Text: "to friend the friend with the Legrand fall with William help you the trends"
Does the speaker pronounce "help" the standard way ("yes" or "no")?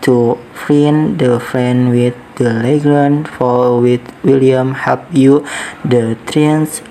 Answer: no